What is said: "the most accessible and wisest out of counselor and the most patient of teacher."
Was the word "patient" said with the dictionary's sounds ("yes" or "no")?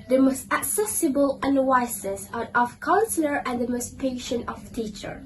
yes